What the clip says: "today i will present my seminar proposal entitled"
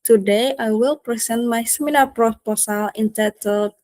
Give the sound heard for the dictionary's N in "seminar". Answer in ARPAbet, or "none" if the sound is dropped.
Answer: L